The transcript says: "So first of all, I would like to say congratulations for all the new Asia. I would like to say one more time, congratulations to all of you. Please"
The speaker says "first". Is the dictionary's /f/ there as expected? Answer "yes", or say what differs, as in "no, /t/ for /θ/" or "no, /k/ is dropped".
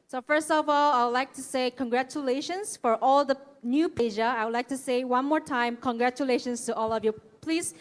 yes